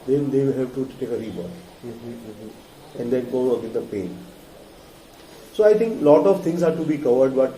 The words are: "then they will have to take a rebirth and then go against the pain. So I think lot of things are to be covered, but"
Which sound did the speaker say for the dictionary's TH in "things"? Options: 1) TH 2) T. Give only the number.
2